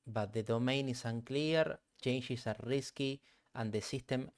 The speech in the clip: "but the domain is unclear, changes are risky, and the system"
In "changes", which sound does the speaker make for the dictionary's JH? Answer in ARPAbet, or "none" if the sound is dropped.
SH